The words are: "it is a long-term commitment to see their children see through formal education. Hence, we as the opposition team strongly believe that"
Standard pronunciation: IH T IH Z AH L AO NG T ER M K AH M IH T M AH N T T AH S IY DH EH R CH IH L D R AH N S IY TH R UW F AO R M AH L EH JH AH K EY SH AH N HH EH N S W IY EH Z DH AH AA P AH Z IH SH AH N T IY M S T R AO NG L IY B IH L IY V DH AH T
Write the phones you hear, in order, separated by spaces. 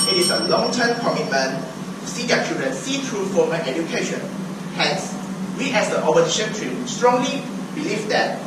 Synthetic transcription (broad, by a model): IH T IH S AH L AO NG T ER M K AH M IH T M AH N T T S IY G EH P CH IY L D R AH N S IY T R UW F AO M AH N EH JH AH K EY SH AH N HH EH N S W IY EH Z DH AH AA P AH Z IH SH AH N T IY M S T R AO NG L IY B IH L IY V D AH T